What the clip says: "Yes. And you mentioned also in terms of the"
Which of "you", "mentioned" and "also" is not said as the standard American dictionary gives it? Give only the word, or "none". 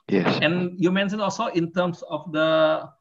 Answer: mentioned